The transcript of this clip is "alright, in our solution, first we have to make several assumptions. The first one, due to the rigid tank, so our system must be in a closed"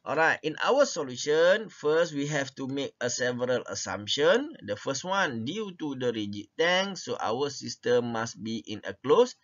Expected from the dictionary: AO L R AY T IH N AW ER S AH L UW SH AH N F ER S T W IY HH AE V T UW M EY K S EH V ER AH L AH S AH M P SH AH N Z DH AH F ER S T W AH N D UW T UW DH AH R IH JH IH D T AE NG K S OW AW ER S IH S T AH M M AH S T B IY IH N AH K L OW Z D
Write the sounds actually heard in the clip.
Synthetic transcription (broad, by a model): AO L R AY T IH N AW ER S AH L UW SH AH N F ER S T W IY HH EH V T UW M EY K S EH V ER AH L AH S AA M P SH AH N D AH F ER S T W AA N D UW T UW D AH R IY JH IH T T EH NG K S OW AW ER S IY S T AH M M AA S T B IY IH N AH K L OW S